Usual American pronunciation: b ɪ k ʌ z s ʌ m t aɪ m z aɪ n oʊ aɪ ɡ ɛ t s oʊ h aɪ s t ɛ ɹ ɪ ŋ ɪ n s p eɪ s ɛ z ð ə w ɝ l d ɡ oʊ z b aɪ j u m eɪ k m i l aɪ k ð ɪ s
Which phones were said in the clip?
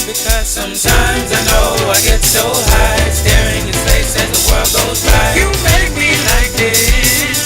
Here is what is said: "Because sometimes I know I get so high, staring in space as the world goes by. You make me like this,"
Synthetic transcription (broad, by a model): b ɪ k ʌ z s ʌ m t aɪ m z aɪ n oʊ aɪ ɡ ɛ t s oʊ h aɪ s t ɛ ɹ ɪ ŋ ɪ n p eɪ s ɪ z ð ə w ɝ l d ɡ oʊ z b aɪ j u m eɪ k m i l aɪ k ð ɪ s